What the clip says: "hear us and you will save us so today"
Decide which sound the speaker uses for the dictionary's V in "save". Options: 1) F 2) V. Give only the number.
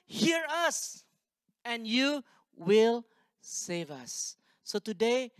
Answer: 2